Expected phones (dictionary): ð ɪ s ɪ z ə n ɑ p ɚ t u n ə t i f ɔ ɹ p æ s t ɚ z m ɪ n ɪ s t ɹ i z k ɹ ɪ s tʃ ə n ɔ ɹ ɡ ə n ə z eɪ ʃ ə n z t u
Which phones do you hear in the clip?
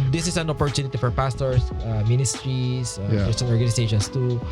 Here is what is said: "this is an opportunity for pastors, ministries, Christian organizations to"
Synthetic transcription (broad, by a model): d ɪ s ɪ s ə n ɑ p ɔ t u n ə t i f ɔ ɹ p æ s t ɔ s m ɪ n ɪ s t ɹ i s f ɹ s ə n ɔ ɹ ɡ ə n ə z eɪ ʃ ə n s t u